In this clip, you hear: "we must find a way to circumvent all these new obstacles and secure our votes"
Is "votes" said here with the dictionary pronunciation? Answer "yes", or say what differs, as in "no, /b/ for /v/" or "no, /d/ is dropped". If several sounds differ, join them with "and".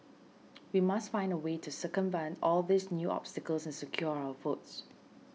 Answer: no, /f/ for /v/